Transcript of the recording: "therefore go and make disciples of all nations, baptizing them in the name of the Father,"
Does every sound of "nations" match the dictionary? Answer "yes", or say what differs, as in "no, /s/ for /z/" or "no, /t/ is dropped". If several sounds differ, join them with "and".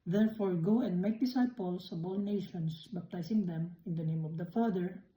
no, /s/ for /z/